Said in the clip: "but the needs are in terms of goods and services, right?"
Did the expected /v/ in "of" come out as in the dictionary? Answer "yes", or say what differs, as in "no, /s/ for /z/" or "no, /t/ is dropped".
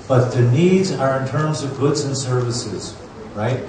yes